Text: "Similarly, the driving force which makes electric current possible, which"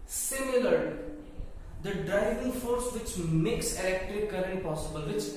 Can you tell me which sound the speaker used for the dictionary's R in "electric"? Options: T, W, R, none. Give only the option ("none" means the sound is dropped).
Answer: none